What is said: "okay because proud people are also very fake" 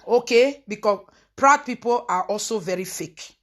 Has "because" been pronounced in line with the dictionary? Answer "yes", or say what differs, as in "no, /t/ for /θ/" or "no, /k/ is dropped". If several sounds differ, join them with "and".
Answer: no, /z/ is dropped